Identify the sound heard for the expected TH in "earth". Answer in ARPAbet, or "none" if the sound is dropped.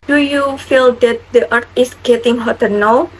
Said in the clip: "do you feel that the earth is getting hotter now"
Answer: T